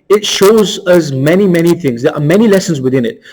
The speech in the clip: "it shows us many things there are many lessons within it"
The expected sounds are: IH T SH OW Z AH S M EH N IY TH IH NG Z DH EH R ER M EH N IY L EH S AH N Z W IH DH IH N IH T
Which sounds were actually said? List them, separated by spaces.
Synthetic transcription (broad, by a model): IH T SH OW Z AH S M EH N IY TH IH NG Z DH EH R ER M EH N IY L EH S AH N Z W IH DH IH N IH T